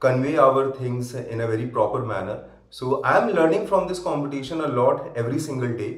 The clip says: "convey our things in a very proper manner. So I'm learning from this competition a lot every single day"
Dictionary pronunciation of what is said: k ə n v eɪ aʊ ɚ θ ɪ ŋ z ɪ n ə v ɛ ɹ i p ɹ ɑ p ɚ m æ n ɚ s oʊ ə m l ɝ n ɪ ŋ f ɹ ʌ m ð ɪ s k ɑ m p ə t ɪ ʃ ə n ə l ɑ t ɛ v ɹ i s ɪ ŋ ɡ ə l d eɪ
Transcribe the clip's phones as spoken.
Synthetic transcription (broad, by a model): k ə n v eɪ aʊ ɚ t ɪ ŋ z ɪ n ə v ɛ ɹ i p ɹ ɑ p ɚ m æ n ɚ s oʊ ə m l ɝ n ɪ ŋ f ɹ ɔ m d ɪ s k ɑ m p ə t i ʃ ə n ə l ɑ t ɛ v ɹ i s ɪ ŋ ɡ ə l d eɪ